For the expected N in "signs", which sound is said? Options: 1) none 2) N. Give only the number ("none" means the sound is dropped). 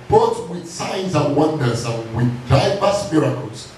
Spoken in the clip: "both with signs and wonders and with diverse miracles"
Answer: 2